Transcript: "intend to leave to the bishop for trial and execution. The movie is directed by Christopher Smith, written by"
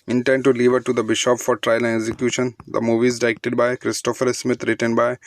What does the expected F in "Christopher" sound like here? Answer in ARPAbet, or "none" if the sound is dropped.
F